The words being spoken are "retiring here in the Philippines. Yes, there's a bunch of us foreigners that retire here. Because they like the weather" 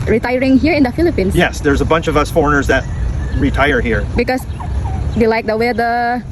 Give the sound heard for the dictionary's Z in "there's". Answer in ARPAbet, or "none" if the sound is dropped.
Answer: Z